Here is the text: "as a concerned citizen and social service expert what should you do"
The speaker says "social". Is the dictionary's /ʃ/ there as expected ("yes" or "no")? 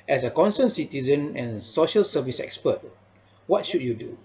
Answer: yes